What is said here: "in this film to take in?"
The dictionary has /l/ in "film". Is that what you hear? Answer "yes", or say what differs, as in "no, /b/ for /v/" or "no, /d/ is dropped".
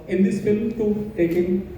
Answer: yes